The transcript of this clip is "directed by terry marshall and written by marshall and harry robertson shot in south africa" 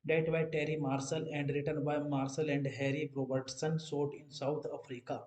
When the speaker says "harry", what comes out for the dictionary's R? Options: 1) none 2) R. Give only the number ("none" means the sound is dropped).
2